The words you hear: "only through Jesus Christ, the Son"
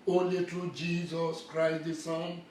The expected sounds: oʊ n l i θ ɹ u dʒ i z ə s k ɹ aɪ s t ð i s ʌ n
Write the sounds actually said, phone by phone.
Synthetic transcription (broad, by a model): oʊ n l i t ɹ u dʒ i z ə s k ɹ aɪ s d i s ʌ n